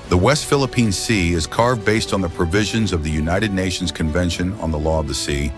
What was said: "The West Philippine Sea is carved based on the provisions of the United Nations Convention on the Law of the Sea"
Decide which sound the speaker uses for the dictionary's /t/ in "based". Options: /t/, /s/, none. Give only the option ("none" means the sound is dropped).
/t/